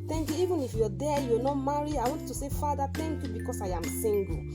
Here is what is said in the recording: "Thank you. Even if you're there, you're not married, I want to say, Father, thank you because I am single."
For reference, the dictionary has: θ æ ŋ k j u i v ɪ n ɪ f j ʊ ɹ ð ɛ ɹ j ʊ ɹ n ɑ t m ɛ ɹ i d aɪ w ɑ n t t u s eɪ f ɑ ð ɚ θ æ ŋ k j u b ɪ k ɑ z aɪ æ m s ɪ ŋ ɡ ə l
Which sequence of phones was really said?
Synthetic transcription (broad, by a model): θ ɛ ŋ k j u i v ɪ n ɪ f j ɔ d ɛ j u n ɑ m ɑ ɹ i aɪ w ɑ n t t u s eɪ f ɑ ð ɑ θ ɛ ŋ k j u b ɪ k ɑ s aɪ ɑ m s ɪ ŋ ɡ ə